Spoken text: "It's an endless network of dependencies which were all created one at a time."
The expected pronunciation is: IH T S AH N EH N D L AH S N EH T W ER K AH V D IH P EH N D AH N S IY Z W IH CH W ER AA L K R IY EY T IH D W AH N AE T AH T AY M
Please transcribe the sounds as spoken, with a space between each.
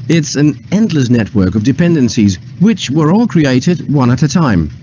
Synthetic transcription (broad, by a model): IH T S AH N EH N D L AH S N EH T W ER K AH V D IH P EH N D AH N S IY Z W IH CH W ER AA L K R IY EY T IH D W AH N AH T AH T AY M